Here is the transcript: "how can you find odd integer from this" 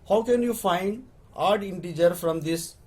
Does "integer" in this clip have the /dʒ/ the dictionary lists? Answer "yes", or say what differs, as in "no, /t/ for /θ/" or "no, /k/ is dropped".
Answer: yes